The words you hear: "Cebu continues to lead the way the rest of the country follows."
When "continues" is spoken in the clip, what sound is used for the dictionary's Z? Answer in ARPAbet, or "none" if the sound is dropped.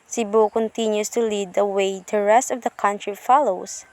S